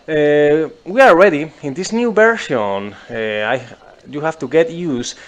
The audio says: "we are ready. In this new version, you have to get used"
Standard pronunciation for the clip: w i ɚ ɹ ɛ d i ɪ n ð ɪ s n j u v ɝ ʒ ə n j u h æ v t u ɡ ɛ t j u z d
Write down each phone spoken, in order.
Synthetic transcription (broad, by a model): w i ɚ ɹ ɛ d i ɪ n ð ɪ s n j u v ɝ ʃ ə n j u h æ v t u ɡ ɛ t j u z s